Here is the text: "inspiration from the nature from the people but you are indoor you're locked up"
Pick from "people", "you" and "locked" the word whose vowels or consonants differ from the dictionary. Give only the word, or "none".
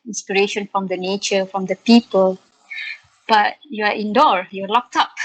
none